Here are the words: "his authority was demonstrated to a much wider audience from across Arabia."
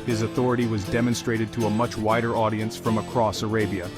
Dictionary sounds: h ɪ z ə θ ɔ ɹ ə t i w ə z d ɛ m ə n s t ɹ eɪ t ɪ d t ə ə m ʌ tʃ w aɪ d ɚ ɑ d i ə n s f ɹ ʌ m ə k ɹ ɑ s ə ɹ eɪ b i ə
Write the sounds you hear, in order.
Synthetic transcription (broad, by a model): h ɪ z ə θ ɔ ɹ ə t i w ə z d ɛ m ə n s t ɹ eɪ t ɪ d t ə ə m ʌ tʃ w aɪ d ɚ ɑ d i ə n s f ɹ ʌ m ə k ɹ ɑ s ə ɹ eɪ b i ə